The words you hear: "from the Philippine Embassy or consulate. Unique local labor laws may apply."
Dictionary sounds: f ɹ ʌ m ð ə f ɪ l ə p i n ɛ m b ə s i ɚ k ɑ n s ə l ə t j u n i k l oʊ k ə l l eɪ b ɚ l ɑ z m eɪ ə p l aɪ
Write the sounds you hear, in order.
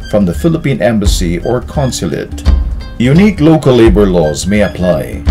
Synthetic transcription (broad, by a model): f ɹ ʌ m ð ə f ɪ l ə p i n ɛ m b ə s i ɚ k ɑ n s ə l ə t j u n i k l oʊ k ə l l eɪ b ɚ l ɑ z m eɪ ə p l aɪ